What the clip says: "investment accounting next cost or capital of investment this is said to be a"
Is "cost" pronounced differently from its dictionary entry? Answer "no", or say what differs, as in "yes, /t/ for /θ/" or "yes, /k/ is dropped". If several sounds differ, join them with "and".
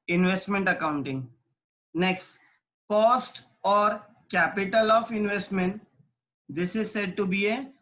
no